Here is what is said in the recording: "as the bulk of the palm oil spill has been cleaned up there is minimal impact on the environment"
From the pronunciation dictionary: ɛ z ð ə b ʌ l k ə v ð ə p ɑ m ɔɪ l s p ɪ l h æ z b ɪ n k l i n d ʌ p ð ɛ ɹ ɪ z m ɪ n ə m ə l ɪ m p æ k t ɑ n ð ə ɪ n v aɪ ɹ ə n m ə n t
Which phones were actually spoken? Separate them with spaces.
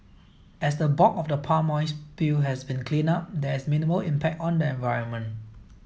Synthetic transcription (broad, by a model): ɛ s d ə b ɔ k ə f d ə p ɑ m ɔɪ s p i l h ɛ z b ɪ n k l i n ɑ p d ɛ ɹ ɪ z m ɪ n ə m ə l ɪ m p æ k t ɑ n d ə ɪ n v aɪ ɹ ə n m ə n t